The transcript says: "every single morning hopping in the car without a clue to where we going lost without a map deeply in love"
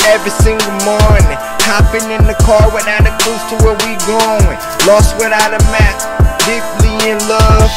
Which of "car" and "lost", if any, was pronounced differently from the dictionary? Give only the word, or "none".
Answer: none